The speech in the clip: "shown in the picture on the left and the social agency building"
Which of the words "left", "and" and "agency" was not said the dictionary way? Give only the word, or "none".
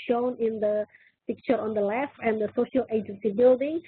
left